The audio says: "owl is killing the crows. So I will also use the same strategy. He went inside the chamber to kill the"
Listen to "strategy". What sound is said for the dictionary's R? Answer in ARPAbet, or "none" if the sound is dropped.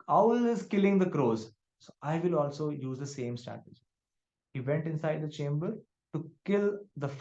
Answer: none